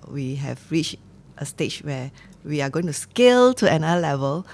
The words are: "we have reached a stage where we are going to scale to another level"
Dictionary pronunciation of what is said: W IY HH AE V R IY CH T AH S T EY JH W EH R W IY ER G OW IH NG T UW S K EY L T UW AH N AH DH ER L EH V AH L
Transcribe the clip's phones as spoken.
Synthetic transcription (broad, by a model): W IY HH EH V R IY CH T AH S T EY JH W EH W IY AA G OW IH NG T UW S K EY L T UW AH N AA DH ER L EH V AH L